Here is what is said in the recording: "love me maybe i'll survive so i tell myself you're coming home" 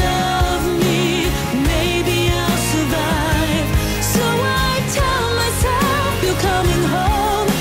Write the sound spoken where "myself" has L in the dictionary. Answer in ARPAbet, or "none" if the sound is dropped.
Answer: none